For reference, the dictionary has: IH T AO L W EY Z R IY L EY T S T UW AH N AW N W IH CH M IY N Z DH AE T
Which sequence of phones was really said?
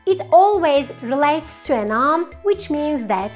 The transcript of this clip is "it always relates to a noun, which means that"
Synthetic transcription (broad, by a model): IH T AO L W EY Z R IY L EY T S T UW AH N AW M W IH CH M IY N Z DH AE T